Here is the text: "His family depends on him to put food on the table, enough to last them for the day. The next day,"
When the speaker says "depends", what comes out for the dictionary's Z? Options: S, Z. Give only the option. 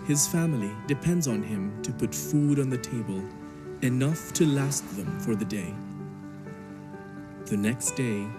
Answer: Z